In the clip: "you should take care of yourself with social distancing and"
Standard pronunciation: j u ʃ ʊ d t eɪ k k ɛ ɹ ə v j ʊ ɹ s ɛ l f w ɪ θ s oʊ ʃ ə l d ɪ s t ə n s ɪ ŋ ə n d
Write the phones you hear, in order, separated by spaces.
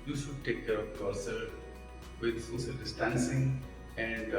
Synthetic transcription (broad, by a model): j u ʃ ʊ d t eɪ k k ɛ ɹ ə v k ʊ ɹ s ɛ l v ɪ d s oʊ s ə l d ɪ s t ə n s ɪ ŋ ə n d